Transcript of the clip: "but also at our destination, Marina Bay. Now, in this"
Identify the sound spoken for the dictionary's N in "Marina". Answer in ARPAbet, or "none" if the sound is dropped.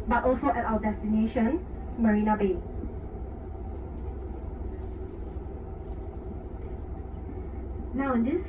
N